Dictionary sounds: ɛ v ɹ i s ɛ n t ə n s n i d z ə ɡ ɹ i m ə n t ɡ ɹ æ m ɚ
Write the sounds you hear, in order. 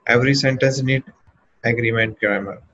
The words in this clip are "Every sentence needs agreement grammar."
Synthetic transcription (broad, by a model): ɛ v ɹ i s ɛ n t ə n s n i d ə ɡ ɹ i m ə n t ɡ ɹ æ m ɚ